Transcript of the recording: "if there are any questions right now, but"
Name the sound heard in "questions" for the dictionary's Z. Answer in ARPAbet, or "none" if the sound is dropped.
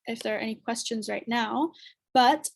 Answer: Z